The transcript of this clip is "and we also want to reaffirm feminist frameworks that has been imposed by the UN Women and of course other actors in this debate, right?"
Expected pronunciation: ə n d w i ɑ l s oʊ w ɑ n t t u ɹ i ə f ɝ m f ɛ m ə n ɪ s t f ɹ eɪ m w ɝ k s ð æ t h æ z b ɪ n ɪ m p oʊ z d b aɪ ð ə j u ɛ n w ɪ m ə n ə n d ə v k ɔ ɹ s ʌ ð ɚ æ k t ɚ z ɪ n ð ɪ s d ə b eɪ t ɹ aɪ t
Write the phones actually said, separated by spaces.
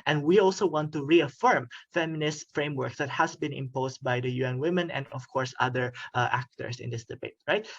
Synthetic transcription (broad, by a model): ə n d w i ɑ l s oʊ w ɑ n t t u ɹ i ə f ɝ m f ɛ m ə n ɪ s t f ɹ eɪ m w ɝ k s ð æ t h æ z b ɪ n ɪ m p oʊ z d b aɪ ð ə j u ɛ n w ɪ m ə n ə n d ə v k ɔ ɹ s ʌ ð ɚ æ k t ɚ s ɪ n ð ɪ s d ə b eɪ t ɹ aɪ t